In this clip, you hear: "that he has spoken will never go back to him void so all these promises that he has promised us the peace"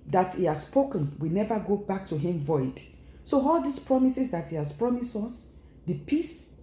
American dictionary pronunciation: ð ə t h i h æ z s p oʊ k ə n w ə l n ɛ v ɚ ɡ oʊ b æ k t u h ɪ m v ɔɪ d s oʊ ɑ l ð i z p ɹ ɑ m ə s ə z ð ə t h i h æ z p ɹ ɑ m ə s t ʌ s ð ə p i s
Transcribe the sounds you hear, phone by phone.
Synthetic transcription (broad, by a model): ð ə t h i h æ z s p oʊ k ə n w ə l n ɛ v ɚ ɡ oʊ b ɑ k t u h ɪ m v ɔɪ d s oʊ ɑ l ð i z p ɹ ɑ m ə s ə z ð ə t h i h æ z p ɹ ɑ m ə s ɔ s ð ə p i s